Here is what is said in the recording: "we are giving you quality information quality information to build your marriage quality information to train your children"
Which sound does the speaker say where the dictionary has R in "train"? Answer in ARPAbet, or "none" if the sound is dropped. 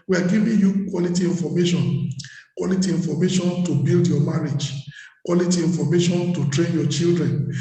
R